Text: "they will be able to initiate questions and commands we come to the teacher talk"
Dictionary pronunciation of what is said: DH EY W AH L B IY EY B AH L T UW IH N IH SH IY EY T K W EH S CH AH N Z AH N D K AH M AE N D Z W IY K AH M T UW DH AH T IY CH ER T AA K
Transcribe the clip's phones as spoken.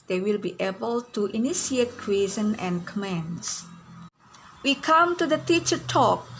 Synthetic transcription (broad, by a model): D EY W AH L B IY EY B AH L T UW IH N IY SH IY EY T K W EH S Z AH N AH N K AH M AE N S W IY K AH M T UW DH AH T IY CH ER T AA K